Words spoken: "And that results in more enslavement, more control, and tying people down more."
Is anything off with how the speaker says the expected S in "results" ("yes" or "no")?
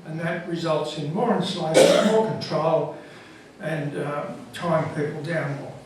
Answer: no